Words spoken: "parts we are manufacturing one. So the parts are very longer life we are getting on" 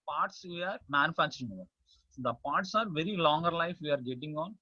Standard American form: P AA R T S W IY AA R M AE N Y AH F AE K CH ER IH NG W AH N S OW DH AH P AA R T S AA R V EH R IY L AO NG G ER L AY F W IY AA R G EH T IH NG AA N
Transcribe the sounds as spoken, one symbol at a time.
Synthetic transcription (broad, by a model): P AA R T S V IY AA R M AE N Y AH F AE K CH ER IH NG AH S OW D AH P AA R T S AA R V EH R IY L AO NG G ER L AY F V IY AA R G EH T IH NG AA N